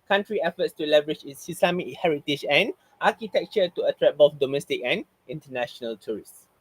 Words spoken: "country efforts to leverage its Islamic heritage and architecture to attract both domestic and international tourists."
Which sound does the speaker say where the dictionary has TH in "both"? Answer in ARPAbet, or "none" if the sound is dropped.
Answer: F